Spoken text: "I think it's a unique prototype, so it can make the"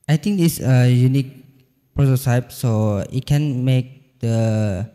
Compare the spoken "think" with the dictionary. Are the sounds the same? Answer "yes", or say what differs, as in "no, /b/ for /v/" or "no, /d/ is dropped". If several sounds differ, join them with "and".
no, /t/ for /θ/